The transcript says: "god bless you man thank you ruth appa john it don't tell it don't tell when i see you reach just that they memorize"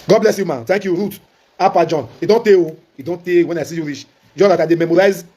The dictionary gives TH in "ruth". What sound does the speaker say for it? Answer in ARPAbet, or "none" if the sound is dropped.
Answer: T